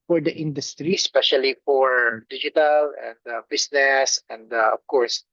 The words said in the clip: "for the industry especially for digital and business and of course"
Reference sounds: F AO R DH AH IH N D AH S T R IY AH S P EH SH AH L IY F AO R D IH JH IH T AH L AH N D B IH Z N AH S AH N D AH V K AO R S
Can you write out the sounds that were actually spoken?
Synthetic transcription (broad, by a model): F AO R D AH IH N D AH S T R IY S P EH SH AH L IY F AO R D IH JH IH T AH L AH N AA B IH S N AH S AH N D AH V K AO R S